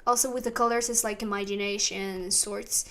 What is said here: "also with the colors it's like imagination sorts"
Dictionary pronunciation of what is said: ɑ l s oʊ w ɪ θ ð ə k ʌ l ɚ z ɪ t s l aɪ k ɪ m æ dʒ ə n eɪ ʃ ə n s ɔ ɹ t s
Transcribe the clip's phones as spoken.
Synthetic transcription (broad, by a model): ɑ l s oʊ w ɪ ð ə k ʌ l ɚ s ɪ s l aɪ k ɪ m æ dʒ ə n eɪ ʃ ə n s ɔ ɹ t s